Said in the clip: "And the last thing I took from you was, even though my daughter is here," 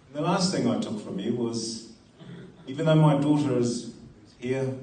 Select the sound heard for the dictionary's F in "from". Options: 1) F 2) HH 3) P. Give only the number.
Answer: 1